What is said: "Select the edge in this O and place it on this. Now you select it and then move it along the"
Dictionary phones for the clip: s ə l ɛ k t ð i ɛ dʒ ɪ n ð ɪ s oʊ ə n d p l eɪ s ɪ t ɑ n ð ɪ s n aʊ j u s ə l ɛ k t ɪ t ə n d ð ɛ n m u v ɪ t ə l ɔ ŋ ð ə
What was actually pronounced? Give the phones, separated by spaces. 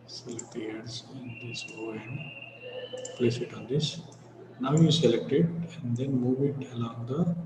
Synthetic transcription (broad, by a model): s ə l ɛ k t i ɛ z ɪ n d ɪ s oʊ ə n d p l eɪ s ɪ t ɑ n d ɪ s n aʊ j u s ə l ɛ k t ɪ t ə n d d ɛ n m u v ɪ t ə l ɔ ŋ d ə